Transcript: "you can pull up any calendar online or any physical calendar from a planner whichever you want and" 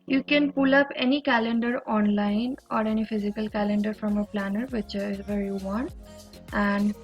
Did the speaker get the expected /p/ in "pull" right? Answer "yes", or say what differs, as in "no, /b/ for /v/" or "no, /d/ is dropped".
yes